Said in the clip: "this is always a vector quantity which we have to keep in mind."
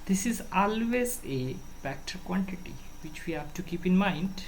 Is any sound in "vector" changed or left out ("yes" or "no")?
yes